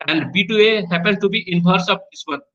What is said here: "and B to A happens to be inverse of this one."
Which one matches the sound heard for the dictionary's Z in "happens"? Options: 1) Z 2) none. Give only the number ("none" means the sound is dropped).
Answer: 2